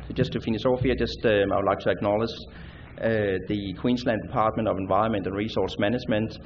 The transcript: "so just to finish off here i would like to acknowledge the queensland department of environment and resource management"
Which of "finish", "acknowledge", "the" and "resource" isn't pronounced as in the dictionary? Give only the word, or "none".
finish